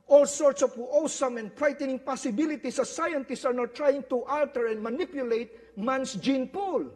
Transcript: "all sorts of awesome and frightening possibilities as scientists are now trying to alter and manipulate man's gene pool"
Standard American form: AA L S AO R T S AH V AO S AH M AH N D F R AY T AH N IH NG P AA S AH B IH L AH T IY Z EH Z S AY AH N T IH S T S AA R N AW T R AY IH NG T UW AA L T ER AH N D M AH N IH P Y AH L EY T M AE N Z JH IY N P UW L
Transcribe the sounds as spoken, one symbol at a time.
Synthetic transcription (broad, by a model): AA L S AO R T S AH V AO S AH M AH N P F R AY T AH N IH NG P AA S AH B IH L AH T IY S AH S AY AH N T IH S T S AA R N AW T R AY IH NG T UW AA L T ER AH N D M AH N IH P Y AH L EY T M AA N S JH IY N P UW L